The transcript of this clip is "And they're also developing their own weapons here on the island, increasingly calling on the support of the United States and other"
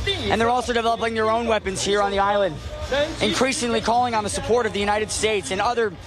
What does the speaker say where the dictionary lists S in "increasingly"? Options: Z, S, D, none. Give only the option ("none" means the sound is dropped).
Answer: S